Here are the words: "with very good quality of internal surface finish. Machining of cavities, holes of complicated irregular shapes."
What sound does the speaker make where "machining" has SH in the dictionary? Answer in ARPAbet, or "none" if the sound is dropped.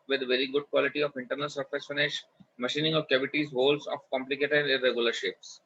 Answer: SH